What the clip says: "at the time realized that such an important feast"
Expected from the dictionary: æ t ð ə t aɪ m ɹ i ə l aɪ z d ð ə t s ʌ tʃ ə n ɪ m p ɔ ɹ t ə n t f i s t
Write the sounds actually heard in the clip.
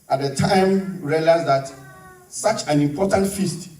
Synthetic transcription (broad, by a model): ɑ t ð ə t aɪ m ɹ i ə l aɪ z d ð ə t s ʌ tʃ ə n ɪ m p ɔ t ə n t f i s t